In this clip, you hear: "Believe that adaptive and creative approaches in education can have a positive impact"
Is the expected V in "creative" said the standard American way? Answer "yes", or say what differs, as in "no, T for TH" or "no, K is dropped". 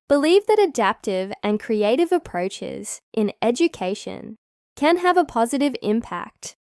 yes